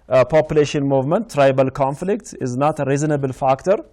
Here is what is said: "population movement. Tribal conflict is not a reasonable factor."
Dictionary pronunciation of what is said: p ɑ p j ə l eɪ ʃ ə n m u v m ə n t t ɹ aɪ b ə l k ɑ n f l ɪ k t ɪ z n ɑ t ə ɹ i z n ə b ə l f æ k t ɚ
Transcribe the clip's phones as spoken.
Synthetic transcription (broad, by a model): p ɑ p j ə l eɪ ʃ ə n m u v m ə n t t ɹ aɪ b ə l k ɑ n f l ɪ k t ɪ z n ɑ t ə ɹ i z n ə b ə l f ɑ k t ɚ